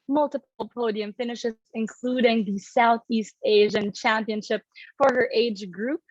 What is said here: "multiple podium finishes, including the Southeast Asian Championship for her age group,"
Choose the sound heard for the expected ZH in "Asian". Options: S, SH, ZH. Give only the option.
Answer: ZH